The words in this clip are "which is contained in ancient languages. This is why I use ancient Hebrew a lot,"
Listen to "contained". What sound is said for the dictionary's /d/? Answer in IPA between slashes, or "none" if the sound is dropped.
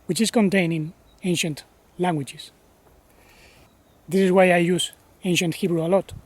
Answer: none